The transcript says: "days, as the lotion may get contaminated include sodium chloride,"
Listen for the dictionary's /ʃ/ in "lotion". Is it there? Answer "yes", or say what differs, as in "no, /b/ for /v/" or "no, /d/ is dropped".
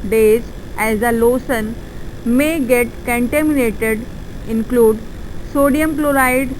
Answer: no, /s/ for /ʃ/